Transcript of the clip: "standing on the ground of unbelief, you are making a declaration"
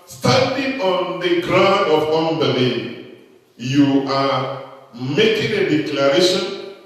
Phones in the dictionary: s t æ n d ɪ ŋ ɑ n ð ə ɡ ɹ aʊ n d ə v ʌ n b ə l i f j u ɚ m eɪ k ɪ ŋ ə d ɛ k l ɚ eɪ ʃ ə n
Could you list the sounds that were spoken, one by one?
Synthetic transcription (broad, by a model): s t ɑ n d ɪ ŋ ɑ n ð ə ɡ ɹ aʊ n d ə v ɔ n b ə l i j u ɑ m eɪ k ɪ ŋ ə d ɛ k l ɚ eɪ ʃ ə n